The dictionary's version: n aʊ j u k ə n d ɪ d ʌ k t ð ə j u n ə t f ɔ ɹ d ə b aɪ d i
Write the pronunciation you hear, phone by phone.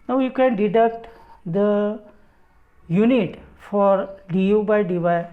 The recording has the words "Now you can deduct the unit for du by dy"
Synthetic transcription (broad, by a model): n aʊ j u k ə n d ɪ d ʌ k t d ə j u n ə t f ɔ ɹ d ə b aɪ d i